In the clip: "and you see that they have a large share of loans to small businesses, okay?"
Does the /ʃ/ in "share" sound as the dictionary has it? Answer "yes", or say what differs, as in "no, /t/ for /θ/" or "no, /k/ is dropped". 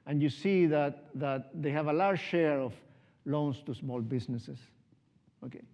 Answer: yes